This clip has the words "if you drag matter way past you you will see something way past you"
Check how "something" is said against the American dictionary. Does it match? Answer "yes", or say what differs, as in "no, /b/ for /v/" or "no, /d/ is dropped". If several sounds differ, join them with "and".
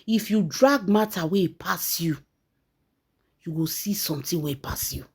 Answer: no, /t/ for /θ/